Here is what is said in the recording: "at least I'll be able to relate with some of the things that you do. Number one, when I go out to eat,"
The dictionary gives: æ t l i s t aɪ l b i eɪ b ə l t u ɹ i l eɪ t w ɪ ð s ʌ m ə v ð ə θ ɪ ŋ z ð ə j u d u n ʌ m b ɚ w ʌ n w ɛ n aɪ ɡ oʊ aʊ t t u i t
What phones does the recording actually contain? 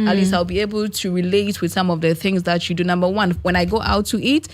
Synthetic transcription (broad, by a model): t l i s aɪ l b i eɪ b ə l t u ɹ i l eɪ t w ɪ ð s ʌ m ə v ð ə θ ɪ ŋ z ð ə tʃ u d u n ʌ m b ɚ w ʌ n w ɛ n aɪ ɡ oʊ aʊ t t u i t